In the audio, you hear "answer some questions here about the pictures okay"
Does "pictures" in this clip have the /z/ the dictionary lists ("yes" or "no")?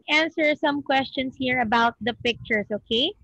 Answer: no